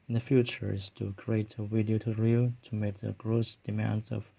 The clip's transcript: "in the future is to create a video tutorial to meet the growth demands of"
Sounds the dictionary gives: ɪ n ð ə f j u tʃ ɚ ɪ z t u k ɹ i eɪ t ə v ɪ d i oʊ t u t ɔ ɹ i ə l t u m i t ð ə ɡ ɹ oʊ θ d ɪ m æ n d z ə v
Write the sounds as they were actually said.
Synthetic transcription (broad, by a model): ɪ n ð ə f j u tʃ ɚ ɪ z t u k ɹ i eɪ t ə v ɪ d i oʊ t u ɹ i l t u m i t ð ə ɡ ɹ oʊ s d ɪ m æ n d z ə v